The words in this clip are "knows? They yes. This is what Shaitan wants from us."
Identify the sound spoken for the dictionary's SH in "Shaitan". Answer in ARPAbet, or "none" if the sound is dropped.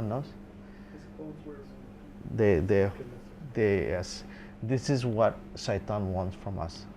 S